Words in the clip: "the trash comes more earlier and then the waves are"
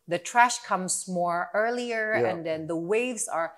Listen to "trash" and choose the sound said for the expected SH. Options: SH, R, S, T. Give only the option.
SH